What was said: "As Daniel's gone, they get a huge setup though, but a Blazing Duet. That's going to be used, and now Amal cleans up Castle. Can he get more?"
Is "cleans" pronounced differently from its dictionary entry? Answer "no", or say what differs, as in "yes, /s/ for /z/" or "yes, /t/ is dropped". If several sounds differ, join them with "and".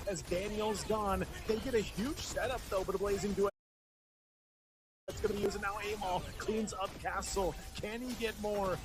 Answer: no